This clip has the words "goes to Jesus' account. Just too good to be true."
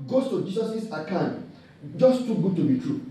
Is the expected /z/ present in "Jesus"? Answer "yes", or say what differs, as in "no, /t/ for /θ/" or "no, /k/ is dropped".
no, /s/ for /z/